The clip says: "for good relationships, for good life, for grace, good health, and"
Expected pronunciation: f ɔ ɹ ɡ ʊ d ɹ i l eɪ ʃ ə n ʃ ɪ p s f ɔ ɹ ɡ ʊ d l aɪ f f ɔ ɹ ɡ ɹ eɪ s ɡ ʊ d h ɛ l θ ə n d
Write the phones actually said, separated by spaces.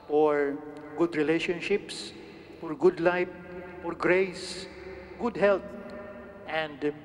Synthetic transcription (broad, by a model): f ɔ ɹ ɡ ʊ d ɹ i l eɪ ʃ ə n ʃ ɪ p s f ɔ ɹ ɡ ʊ d l aɪ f f ɔ ɹ ɡ ɹ eɪ s ɡ ʊ d h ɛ l t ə n d